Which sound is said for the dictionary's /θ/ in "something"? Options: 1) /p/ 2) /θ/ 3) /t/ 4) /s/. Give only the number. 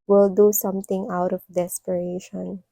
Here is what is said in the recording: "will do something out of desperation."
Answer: 3